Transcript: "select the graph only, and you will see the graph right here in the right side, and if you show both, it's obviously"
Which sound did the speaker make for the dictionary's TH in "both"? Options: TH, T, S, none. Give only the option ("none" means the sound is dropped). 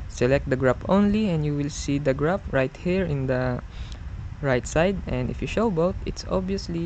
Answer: T